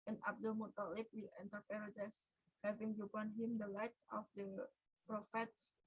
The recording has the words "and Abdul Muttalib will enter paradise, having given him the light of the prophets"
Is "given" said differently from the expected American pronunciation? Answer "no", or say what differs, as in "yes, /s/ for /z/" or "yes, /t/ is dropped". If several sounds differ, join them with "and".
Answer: yes, /b/ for /v/